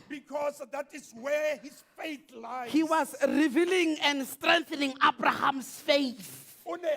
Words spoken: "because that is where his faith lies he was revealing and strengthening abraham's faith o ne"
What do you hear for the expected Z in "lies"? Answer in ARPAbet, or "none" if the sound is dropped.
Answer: none